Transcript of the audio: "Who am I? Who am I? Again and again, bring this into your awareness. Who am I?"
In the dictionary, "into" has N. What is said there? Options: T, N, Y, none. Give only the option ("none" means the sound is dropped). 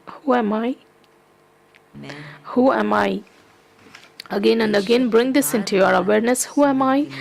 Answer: N